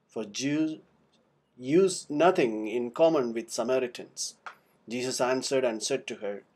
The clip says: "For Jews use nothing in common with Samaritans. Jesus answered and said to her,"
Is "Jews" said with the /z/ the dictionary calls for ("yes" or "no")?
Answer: no